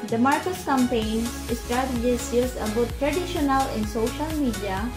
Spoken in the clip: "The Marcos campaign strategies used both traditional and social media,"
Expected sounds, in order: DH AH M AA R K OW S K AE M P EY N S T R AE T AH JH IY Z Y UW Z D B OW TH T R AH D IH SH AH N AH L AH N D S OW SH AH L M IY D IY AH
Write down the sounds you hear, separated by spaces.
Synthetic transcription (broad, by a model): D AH M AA R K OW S K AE M P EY N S T R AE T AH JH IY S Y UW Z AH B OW T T R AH D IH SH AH N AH L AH N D S OW SH AH L M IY D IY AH